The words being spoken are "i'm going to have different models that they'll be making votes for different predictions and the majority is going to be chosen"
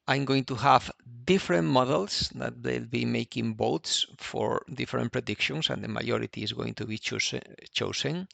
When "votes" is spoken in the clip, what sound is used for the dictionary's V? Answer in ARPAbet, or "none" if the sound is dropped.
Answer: B